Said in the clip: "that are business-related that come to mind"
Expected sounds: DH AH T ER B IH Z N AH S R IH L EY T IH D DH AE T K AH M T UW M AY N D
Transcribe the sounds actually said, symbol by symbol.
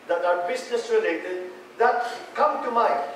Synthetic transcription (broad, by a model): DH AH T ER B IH S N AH S R IH L EY T IH D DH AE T K AH M T UW M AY